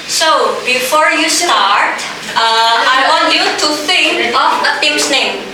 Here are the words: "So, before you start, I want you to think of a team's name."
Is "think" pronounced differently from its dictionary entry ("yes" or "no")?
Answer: yes